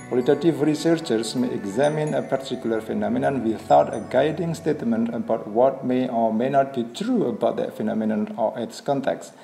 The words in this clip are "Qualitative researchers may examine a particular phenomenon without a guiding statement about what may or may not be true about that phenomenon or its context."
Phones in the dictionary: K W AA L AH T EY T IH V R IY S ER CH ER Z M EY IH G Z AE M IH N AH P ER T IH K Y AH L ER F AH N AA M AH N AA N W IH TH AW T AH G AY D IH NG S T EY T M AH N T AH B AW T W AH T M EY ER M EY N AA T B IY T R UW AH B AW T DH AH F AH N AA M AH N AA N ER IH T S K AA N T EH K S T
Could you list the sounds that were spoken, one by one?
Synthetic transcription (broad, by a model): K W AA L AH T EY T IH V R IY S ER CH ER S M EY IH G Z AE M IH N AH P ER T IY K Y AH L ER F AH N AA M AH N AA N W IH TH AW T AH G AY D IH NG S T EY T M AH N T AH B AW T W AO T M EY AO M EY N AA T B IY T R UW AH B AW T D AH F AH N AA M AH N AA N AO IH T S K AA N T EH K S